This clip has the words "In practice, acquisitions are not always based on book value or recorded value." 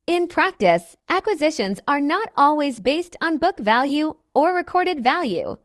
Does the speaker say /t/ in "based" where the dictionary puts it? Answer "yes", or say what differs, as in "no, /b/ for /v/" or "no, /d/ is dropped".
yes